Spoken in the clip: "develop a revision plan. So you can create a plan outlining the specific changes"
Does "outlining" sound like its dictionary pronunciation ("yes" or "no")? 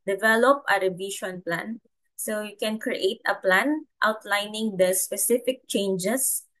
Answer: yes